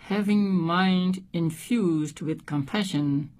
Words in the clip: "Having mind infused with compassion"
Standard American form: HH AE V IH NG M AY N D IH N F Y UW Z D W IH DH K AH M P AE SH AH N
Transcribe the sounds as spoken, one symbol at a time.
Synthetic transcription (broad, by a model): HH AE V IH NG M AY N D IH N F Y UW Z D W IH DH K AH M P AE SH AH N